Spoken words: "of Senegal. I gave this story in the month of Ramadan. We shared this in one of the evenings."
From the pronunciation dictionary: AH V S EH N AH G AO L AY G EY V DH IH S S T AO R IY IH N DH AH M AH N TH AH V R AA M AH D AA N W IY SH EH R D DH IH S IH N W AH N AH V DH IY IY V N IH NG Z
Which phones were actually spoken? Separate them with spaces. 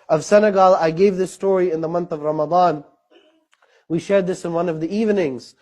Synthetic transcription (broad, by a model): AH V S EH N AH G AO L AY G EY V DH IH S S T AO R IY IH N DH AH M AH N TH AH V R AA M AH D AA N W IY SH EH R D DH IH S IH N W AH N AH V DH IY IY V N IH NG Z